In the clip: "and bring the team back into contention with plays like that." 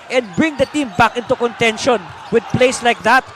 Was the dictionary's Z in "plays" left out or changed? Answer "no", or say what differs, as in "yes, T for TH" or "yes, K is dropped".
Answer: yes, S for Z